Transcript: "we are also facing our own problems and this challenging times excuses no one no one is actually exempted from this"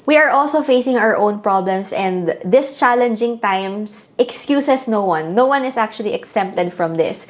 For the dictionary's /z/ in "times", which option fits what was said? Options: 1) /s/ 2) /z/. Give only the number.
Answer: 1